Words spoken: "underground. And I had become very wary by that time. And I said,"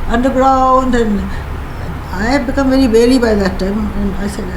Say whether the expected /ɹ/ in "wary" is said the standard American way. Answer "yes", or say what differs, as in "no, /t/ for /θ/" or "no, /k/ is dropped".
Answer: no, /l/ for /ɹ/